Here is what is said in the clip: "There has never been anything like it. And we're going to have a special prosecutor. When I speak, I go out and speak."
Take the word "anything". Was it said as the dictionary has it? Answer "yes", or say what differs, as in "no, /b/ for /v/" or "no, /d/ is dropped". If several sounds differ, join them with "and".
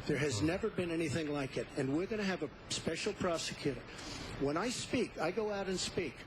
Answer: yes